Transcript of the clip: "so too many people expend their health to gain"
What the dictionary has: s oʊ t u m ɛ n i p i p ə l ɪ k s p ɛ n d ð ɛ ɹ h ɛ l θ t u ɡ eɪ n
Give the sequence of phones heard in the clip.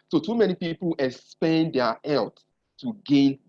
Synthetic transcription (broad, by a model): s oʊ t u m ɛ n i p i p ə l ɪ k s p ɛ n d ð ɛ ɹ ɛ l t t u ɡ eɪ n